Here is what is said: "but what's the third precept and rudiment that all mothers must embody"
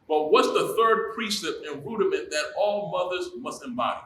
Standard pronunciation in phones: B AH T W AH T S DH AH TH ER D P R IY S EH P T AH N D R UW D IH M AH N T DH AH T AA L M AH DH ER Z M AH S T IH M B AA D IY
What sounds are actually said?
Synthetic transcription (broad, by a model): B AH T W AH T S DH AH TH ER D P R IY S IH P AH N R UW D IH M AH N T DH AH T AA L M AH DH ER Z M AH S T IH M B AA D IY